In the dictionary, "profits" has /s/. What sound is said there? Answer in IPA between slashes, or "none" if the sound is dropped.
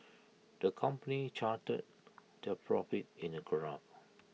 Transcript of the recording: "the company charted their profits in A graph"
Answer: none